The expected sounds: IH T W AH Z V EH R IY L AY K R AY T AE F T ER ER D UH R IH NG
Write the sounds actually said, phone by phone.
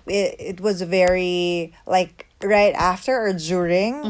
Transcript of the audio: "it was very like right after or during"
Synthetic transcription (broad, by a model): IH T W AH Z V EH R IY L AY K R AY T AE F T ER ER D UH R IH NG